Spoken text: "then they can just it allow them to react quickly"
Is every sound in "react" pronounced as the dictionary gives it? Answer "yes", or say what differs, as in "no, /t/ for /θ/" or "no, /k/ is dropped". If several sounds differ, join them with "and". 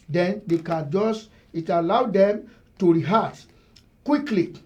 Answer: no, /k/ is dropped